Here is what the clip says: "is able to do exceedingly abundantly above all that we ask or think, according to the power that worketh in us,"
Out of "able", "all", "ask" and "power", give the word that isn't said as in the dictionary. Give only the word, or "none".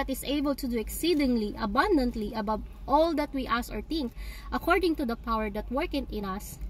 ask